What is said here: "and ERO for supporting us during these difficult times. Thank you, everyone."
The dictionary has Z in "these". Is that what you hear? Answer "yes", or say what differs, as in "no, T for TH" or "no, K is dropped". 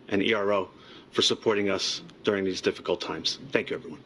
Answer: yes